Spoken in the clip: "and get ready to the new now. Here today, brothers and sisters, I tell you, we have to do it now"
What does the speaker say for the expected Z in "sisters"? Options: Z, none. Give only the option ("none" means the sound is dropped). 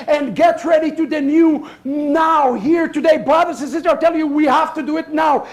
none